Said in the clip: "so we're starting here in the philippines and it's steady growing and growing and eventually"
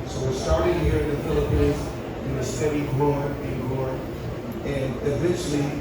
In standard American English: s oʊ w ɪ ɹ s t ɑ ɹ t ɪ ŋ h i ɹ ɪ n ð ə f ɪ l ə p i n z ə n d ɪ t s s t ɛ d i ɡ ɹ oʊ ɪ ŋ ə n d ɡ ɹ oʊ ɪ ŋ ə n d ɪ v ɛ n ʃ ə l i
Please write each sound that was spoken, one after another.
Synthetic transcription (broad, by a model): s oʊ w ɪ ɹ s t ɑ ɹ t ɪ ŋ h i ɹ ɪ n ð ə f ɪ l ə p i n z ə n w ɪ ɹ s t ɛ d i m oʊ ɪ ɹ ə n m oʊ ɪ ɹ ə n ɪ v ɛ n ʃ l i